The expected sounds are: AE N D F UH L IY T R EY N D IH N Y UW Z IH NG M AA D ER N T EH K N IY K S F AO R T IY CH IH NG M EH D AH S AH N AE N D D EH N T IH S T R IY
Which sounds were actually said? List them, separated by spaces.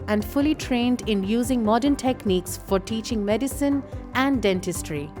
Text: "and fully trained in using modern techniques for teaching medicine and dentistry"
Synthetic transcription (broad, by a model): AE N D F UH L IY T R EY N D IH N Y UW Z IH NG M AA D ER N T EH K N IY K S F AO R T IY CH IH NG M EH D AH S AH N AE N D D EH N T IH S T R IY